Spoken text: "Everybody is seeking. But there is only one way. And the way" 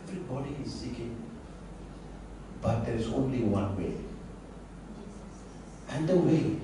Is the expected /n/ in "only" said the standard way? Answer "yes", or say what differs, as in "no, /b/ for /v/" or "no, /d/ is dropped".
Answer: yes